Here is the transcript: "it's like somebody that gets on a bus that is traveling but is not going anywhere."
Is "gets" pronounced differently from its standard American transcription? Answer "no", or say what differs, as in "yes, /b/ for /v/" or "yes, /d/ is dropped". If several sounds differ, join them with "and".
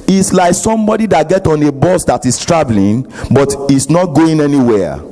yes, /s/ is dropped